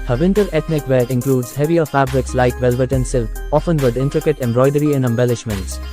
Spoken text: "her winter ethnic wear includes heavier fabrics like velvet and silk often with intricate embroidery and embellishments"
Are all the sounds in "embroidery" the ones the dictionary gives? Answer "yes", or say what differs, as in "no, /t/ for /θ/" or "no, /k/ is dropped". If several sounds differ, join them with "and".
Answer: yes